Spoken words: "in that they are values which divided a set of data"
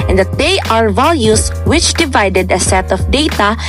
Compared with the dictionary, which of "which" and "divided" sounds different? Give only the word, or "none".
none